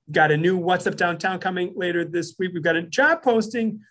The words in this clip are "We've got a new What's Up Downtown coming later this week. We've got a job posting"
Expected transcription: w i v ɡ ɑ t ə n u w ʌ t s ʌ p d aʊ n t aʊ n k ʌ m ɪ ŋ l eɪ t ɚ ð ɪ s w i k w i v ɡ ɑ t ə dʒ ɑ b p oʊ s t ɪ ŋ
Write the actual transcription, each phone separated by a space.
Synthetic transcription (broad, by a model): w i v ɡ ɑ t ə n u w ʌ t s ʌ p d aʊ n t aʊ n k ʌ m ɪ ŋ l eɪ t ɚ ð ɪ s w i k w i v ɡ ɑ t ə dʒ ɑ b p oʊ s t ɪ ŋ